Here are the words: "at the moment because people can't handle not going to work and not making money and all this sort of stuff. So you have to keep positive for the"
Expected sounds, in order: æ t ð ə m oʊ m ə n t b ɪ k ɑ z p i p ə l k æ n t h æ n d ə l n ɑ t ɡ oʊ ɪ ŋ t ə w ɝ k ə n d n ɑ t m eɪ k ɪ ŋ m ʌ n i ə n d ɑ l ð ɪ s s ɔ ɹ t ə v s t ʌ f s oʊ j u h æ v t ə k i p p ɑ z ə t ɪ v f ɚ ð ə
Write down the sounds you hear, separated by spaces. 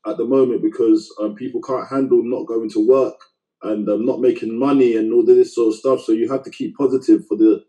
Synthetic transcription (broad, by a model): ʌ t ð ə m oʊ m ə n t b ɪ k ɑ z p i p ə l k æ n t h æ n d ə l n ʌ t ɡ oʊ ɪ ŋ t ə w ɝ k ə n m n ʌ t m eɪ k ɪ ŋ m ʌ n i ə n ɑ l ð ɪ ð s ɔ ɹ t ə v s t ʌ f s oʊ j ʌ h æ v t ə k i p p ɑ z ə t ɪ v f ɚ ð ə